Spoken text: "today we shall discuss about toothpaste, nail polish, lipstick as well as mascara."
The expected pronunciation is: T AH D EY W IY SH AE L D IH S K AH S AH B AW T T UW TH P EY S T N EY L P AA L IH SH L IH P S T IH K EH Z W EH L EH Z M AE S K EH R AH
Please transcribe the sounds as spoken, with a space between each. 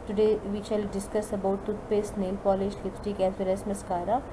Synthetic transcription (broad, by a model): T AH D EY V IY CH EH L D IH S K AH S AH B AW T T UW T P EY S N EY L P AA L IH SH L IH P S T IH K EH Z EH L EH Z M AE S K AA R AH